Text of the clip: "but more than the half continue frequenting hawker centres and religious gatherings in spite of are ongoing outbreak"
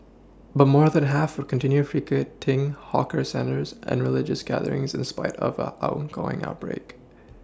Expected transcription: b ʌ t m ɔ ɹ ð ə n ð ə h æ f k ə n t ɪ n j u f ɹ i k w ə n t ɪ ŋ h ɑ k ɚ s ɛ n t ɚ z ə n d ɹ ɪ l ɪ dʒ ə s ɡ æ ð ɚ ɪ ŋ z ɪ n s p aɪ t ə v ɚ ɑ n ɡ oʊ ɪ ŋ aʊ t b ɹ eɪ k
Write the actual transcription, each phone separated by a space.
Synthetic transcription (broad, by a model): b ʌ t m ɔ ɹ ð ə n h æ f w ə n t ɪ n j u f ɹ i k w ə t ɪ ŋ h ɑ k ɚ s ɛ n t ɚ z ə n ɹ ɪ l ɪ dʒ ə s ɡ æ ð ɚ ɪ ŋ z ɪ n s p aɪ t ə v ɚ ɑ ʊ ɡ oʊ ɪ ŋ aʊ t b ɹ eɪ k